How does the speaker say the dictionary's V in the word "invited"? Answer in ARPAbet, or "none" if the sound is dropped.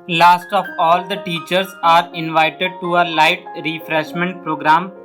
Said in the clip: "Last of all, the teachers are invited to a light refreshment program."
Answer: V